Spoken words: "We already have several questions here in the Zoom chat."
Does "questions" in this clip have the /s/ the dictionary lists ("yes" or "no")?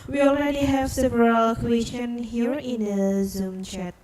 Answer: no